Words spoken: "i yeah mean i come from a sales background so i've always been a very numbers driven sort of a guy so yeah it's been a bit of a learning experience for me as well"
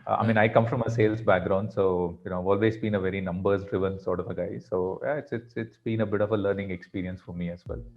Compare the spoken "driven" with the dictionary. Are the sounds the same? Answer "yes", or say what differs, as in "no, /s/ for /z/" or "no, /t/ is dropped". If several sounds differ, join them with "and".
yes